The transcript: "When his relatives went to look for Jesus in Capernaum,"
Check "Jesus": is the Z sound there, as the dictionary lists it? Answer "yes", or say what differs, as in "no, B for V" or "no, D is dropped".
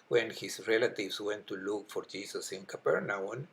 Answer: no, S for Z